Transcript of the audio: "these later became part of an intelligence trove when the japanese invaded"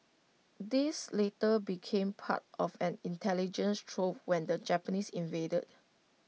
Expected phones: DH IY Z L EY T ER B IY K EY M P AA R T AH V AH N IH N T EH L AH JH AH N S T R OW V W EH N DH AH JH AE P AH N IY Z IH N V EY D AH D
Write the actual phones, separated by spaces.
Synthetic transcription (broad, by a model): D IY S L EY T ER B IY K EY M P AA T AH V AH N IH N T EH L AH JH AH N S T R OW P W EH N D AH JH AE P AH N IY S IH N V EY D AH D